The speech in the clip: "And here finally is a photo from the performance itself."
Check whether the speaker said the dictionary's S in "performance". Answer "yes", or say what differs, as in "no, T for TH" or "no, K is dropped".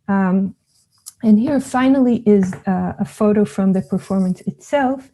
yes